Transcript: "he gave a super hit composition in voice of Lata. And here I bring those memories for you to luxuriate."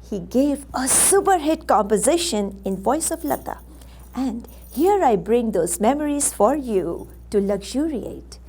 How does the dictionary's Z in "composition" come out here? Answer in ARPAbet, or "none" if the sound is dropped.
Z